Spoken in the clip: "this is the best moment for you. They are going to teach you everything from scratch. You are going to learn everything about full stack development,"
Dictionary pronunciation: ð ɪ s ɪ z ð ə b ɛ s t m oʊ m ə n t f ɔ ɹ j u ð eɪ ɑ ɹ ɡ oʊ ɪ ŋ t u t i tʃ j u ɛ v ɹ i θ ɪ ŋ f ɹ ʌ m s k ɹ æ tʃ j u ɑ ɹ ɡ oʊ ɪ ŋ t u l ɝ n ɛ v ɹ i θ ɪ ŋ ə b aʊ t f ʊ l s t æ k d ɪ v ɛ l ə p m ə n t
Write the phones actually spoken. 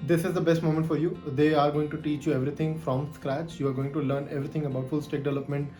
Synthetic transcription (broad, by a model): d ɪ s ɪ z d ə b ɛ s t m oʊ m ə n t f ɔ ɹ j u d eɪ ɑ ɹ ɡ oʊ ɪ ŋ t u t i tʃ j u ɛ v ɹ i t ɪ ŋ f ɹ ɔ m s k ɹ æ tʃ j u ɑ ɹ ɡ oʊ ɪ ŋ t u l ɝ n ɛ v ɹ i t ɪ ŋ ə b aʊ t f ʊ l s t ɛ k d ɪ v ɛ l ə p m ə n t